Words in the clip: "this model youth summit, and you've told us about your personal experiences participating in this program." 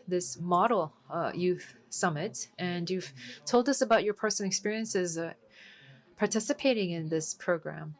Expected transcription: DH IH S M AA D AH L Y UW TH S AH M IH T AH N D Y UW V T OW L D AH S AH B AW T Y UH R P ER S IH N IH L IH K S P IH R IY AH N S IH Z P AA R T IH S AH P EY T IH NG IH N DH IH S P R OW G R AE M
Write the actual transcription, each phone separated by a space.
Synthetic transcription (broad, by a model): DH IH S M AA D L Y UW TH S AH M IH T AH N Y UW V T OW L D AH S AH B AW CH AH R P ER S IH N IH IH K S P IH R IY AH N S IH Z P AA R T IH S AH P EY T IH NG IH N DH IH S P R OW G R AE M